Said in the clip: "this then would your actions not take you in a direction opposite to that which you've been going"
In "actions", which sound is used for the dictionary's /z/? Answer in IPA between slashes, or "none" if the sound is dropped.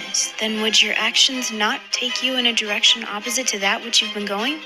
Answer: /z/